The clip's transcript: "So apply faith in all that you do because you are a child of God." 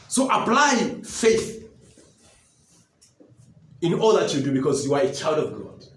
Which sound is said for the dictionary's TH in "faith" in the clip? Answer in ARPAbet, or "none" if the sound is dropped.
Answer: TH